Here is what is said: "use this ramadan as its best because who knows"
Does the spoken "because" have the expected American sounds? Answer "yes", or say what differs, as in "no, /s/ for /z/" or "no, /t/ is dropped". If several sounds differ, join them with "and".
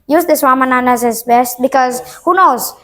yes